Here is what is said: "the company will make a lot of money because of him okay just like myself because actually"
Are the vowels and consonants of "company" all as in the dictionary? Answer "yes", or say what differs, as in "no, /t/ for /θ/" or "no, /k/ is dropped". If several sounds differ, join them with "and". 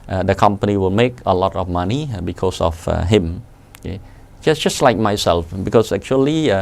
yes